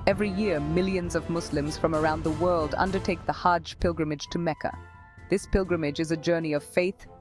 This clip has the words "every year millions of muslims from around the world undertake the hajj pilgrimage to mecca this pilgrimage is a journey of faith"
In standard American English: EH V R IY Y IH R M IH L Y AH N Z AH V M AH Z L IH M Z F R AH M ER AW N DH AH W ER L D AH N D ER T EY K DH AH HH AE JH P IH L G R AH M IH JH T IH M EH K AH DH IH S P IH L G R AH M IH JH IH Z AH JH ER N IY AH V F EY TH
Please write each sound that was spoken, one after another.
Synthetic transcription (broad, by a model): EH V R IY Y IH R M IH L Y AH N Z AH V M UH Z L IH M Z F R AH M ER AW N DH AH W ER L D AH N D ER T EY K DH AH HH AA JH P IH L G R AH M IH JH T IH M EH K AH DH IH S P IH L G R AH M IH JH IH Z AH JH ER N IY AH V F EY TH